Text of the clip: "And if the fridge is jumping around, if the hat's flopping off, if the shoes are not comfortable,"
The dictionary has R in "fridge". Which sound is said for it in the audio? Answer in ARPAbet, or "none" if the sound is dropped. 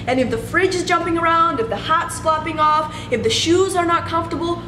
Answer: R